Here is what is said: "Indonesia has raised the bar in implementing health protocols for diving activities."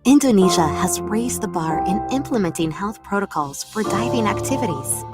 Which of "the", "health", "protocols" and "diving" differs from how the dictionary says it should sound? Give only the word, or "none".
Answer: none